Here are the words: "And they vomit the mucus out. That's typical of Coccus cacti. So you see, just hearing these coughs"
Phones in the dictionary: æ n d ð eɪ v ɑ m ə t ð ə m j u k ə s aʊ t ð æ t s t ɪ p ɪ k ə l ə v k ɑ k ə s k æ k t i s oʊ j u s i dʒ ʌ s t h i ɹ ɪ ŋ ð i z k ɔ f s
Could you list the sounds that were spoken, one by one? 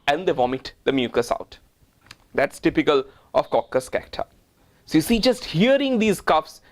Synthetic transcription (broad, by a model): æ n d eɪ v ɑ m ə t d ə m j u k ə s aʊ t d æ t s t ɪ p ɪ k ə l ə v k ɑ k ə s k æ k t i s oʊ j u s i dʒ ʌ s t h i ɹ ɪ ŋ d i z k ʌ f s